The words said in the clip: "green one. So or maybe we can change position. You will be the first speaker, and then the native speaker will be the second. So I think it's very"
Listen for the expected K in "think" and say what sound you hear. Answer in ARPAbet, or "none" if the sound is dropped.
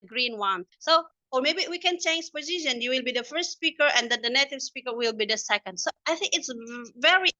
K